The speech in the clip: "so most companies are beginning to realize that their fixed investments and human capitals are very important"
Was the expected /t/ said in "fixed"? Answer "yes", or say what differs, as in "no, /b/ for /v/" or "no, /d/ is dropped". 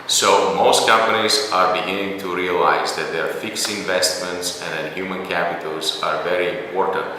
no, /t/ is dropped